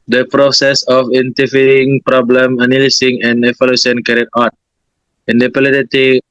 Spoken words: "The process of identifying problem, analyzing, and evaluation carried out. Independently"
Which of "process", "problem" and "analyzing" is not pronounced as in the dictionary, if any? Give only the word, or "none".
analyzing